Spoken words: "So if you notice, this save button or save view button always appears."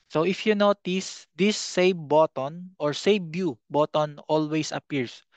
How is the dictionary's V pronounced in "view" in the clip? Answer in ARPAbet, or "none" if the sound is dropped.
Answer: B